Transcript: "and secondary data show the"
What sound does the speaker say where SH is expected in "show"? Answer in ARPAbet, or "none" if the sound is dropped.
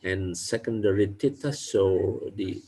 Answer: S